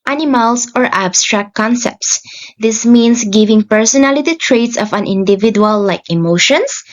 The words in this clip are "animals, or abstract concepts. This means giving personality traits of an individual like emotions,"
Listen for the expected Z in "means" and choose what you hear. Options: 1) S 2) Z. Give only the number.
1